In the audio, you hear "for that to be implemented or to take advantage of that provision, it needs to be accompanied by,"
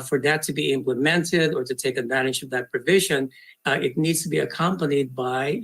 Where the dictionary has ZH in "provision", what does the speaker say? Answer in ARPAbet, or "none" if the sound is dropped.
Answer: ZH